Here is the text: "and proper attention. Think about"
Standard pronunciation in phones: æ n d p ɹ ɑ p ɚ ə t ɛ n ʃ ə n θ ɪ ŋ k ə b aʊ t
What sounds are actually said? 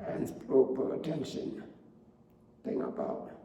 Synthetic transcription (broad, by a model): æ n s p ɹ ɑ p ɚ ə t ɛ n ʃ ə n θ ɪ ŋ ə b aʊ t